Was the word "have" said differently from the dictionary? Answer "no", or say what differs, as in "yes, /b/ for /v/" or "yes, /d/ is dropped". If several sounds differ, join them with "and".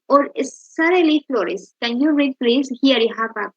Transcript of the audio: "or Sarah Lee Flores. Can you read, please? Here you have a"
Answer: yes, /p/ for /v/